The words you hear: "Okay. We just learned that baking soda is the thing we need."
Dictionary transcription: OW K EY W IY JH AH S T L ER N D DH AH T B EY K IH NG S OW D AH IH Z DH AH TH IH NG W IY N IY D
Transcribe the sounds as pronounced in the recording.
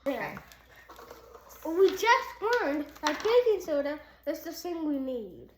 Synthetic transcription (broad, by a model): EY W IY JH AH S T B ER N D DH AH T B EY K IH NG S OW D AH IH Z DH AH S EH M W IY N IY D